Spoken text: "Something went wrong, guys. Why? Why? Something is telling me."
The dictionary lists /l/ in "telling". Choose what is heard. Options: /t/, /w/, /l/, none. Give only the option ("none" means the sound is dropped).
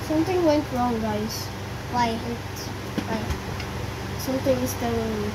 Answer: none